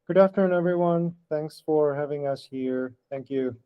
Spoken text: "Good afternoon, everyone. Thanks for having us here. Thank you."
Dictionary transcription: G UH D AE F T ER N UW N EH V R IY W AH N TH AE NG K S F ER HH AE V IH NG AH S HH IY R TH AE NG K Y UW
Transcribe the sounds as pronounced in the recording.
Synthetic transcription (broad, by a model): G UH D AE F T ER IH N EH V R IY W AH N TH AE NG K S F ER HH AE V IH NG AH S HH IY R TH AE NG K Y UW